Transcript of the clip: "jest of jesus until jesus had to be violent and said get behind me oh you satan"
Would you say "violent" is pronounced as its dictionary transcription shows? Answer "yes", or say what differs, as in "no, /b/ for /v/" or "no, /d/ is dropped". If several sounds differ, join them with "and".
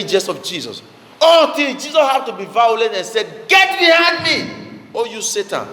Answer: no, /n/ is dropped